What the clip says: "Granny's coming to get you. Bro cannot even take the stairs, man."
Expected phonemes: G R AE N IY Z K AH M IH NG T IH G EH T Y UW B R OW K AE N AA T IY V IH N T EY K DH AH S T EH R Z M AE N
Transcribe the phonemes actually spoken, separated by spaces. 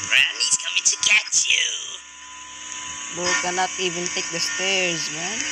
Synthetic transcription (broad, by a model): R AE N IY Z K AH M IH NG T IH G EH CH Y UW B OW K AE N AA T IY V IH N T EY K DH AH S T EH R Z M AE N